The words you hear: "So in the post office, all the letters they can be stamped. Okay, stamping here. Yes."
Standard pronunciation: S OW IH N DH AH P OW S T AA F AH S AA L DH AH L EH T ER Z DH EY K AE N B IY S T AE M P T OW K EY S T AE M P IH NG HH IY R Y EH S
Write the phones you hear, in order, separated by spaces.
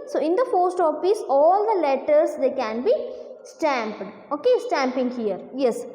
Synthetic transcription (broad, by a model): S OW IH N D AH F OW S T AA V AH S AA L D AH L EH T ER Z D EY K AE N B IY S T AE M P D OW K EY S T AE M P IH NG HH IY R Y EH S